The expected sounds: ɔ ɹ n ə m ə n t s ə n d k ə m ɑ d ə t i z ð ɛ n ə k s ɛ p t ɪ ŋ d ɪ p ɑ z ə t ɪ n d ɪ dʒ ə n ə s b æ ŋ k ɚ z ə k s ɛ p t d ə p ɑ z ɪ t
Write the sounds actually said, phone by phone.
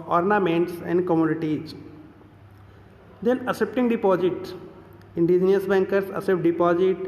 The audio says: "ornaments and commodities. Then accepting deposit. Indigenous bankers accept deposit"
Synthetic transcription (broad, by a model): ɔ ɹ n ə m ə n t s ə n d k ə m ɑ d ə t i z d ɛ n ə s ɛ p t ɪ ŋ d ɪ p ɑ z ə t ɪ n d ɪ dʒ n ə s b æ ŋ k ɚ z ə s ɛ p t d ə p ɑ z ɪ t